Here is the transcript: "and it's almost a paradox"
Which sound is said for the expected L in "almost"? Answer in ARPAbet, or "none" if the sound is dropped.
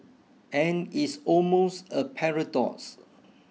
L